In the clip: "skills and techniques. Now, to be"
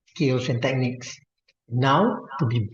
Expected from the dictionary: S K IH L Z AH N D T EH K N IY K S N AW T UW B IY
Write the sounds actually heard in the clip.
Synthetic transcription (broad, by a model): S K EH L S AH N T EH K N IY K S N AW T UW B IY